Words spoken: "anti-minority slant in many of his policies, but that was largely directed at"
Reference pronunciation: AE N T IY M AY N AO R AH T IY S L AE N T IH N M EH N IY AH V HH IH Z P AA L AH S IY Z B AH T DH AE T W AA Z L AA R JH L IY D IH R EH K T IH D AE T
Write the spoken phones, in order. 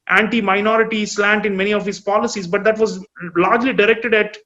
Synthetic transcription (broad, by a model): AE N T IY M AY N AO R AH T IY S L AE N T IH N M EH N IY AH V HH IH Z P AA L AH S IY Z B AH T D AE T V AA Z L AA R JH L IY D IH R EH K T IH D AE T